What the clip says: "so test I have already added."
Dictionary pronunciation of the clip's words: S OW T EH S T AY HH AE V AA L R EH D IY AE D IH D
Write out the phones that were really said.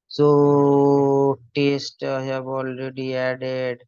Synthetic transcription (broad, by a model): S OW T EH S T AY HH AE B AA L R EH D IY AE D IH D